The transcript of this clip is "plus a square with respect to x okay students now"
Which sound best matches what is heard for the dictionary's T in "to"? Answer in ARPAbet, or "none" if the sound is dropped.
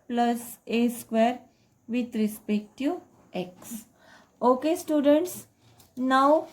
T